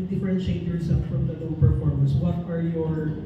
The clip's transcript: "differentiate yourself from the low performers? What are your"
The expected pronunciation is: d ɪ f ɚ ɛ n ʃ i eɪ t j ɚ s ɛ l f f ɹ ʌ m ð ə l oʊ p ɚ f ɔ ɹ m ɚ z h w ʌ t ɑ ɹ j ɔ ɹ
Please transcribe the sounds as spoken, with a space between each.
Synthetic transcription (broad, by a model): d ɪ f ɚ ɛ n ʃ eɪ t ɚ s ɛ f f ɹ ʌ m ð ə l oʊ p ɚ f ɔ ɹ m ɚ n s w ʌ t ɑ ɹ j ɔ ɹ